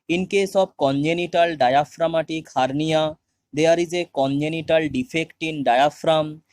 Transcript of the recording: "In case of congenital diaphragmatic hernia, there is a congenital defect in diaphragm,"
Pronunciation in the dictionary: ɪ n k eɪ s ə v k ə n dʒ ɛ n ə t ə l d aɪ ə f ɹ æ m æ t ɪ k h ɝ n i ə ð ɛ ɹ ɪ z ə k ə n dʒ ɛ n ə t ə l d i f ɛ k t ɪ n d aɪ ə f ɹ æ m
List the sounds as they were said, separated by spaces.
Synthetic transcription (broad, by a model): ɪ n k eɪ s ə b k ə n dʒ ɛ n ə t ə l d aɪ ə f ɹ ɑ m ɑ t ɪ k h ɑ n i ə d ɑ ɹ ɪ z ə k ə n dʒ ɛ n ə t ə l d i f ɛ k t ɪ n d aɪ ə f ɹ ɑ m